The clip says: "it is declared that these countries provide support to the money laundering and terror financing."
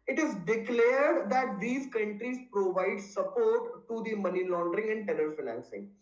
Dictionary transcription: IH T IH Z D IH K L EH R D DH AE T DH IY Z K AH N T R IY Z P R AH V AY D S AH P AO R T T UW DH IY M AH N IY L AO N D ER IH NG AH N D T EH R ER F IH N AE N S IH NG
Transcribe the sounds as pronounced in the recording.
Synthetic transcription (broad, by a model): IH T IH Z D IH K L EH R D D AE T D IY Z K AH N T R IY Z P R AH V AY D S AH P AO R T T UW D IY M AH N IY L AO N D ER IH NG AH N D T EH L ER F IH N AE N S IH NG